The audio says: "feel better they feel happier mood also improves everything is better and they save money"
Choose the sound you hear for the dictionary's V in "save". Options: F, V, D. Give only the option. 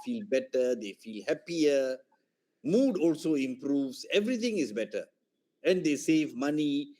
V